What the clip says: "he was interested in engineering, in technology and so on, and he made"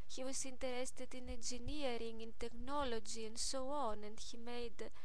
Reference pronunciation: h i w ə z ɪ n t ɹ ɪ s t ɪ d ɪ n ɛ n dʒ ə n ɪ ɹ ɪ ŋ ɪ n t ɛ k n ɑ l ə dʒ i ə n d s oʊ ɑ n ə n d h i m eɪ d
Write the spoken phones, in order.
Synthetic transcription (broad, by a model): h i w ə s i n t ɹ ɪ s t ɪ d ɪ n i n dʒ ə n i ɹ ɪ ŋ ɪ n t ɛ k n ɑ l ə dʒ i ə n s oʊ ɑ n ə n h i m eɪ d